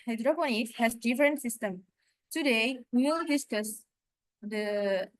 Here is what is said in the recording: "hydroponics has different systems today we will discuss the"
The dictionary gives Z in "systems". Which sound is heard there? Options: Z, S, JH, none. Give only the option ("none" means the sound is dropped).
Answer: none